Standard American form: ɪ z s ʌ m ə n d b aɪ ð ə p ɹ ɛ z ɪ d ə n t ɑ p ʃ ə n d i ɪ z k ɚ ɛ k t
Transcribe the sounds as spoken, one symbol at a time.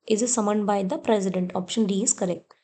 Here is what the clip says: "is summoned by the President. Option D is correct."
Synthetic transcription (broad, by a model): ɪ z s ʌ m ə n d b aɪ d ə p ɹ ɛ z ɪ d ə n t ɑ p ʃ ə n d i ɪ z k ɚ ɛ k t